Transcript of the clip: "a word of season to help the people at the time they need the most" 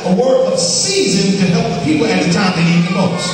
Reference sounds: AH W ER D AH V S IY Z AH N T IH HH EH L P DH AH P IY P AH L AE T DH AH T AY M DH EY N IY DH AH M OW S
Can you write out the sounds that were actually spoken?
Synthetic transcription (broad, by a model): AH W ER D AH V S IY Z AH N T IH HH EH L P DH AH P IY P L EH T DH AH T AY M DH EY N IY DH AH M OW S